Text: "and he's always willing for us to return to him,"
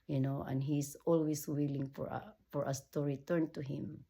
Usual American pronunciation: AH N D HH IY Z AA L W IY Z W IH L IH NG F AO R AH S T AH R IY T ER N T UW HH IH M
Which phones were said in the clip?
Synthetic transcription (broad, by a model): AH N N HH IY S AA L W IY S W IH L IH NG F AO R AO S T AH R IY T ER N T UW HH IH M